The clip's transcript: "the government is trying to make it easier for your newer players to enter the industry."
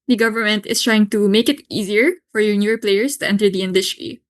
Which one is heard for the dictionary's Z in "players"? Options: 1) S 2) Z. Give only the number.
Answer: 1